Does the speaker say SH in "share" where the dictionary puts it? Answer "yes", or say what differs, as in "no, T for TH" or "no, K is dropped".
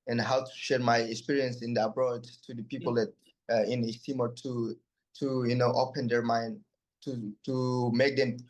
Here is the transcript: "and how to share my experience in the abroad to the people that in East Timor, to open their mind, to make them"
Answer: yes